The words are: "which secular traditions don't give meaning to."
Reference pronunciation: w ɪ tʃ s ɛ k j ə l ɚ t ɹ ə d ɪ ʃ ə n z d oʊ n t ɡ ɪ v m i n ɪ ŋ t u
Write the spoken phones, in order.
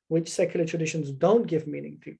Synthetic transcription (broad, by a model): w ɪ tʃ s ɛ k j l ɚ t ɹ ə d ɪ ʃ ə n z d oʊ n t ɡ ɪ v m i n ɪ ŋ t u